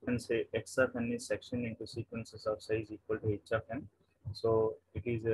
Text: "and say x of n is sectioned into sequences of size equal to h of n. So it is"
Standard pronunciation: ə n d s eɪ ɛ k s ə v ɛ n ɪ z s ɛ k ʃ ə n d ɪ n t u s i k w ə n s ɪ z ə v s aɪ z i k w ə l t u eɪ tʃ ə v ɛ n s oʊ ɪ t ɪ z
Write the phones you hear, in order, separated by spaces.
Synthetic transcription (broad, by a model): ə n s eɪ ɛ k s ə f ɛ n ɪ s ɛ k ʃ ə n ɪ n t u s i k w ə n s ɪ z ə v s aɪ z i k w ə l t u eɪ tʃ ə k ɛ n s oʊ ɪ t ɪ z